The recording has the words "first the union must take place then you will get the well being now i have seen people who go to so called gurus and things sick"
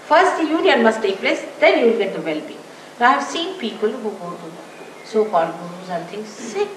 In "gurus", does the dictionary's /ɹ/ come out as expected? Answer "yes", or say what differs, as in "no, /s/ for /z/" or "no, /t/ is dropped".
no, /ɹ/ is dropped